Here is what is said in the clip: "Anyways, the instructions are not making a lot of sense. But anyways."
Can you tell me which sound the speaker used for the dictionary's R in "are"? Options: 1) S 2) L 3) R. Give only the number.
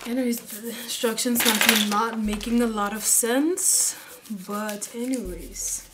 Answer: 2